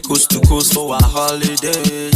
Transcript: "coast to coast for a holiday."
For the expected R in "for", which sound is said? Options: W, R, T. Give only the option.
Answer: W